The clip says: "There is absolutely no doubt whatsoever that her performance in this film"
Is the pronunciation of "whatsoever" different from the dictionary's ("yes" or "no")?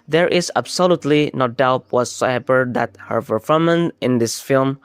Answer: yes